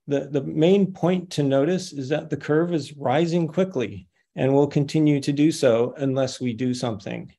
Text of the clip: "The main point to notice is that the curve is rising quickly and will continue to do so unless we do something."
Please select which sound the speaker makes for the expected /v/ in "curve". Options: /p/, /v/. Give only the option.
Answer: /v/